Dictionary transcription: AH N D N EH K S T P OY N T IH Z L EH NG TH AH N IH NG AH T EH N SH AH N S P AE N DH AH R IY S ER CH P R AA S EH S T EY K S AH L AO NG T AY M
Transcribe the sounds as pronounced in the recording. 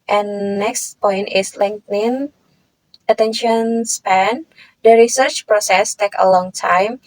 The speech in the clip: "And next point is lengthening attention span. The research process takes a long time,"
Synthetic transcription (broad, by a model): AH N N EH K S T P OY N T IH S L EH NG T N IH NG AH T EH N SH AH N S P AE N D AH R IY S ER CH P R AA S EH S T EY K AH L AO NG T AY M